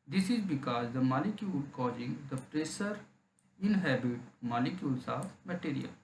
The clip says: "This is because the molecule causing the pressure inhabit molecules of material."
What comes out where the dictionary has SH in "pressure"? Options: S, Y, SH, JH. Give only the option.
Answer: S